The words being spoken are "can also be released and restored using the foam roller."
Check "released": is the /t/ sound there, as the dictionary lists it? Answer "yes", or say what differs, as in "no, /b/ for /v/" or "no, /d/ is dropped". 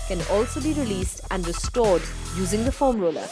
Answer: yes